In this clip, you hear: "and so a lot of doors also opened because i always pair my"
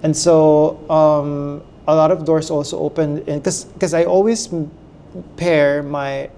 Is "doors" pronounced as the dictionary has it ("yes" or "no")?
no